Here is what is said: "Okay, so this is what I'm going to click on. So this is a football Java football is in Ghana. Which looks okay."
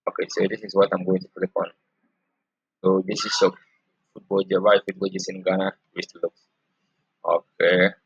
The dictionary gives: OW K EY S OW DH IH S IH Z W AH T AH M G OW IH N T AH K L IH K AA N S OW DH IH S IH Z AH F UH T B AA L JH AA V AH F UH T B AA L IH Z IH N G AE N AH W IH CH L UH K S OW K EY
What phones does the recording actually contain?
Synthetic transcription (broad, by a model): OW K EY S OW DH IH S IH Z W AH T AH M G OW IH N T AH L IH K AA N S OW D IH S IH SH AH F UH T B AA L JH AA B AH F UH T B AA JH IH S IH N G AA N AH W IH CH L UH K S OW K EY